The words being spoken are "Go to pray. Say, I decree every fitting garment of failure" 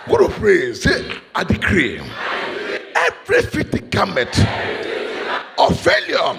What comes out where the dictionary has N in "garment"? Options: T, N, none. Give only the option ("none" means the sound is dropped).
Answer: none